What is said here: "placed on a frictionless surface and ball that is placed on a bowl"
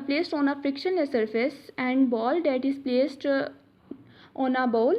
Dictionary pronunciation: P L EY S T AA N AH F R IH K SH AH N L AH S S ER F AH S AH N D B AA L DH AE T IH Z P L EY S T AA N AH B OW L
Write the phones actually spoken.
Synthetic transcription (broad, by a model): P L EY S T AA N AH F R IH K SH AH N AH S S ER F AH S AH N D B AA L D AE T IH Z P L EY S T AA N AH B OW L